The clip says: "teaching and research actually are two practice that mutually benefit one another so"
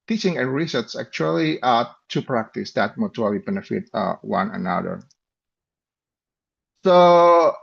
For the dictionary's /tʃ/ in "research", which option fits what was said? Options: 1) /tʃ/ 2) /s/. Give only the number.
2